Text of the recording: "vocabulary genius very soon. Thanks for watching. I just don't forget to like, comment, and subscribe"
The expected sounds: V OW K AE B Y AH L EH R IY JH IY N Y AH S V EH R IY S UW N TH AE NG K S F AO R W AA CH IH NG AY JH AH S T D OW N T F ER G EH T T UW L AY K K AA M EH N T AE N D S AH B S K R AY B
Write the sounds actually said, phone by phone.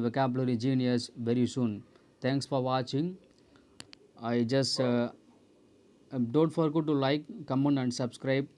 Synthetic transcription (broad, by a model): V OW K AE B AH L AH R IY JH IY N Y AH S V EH R IY S UW N T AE NG K S F AO R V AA CH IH NG AY JH AH S T D OW N T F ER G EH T T UW L AY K K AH M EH N AE N D S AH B S K R AY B